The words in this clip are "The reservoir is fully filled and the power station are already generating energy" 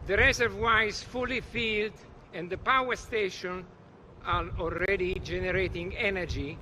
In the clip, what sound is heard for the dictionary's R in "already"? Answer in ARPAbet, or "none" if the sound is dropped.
L